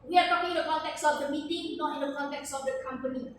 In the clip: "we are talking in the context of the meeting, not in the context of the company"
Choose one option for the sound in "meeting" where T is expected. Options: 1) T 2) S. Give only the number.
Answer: 1